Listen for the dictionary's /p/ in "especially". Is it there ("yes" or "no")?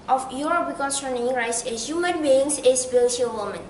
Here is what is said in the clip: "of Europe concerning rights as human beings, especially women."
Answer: no